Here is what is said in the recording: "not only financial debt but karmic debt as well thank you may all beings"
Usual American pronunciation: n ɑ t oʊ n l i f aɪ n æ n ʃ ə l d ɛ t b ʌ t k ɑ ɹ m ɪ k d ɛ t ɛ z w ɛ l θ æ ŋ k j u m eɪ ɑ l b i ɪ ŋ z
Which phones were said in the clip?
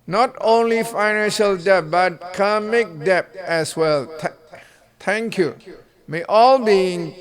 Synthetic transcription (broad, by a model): n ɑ t oʊ n l i f aɪ n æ n ʃ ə l d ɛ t b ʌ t k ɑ m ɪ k d ɛ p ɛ s w ɛ l t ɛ ŋ k j u m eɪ ɑ l b i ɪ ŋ